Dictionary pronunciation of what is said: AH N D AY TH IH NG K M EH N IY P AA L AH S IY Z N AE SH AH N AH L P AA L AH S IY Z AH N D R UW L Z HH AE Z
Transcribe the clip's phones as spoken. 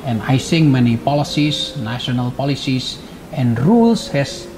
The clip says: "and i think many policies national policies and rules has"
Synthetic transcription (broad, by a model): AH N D AY S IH NG M EH N IY P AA L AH S IY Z N AE SH AH N AH L P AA L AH S IY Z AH N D R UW L S HH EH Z